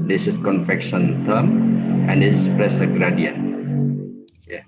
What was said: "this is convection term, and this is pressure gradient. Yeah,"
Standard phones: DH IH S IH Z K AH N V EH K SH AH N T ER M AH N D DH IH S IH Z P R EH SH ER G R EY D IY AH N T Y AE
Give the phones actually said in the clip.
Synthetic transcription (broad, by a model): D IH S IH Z K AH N F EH K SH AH N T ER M AH N D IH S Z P R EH S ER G R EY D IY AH N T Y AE